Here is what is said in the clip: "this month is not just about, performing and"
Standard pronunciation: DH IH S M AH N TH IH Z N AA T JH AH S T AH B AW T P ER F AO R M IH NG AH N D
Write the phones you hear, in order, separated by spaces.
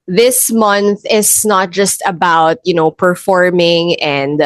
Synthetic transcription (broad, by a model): DH IH S M AH N TH IH S N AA T JH AH S T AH B AW T P ER F AO R M IH NG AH N D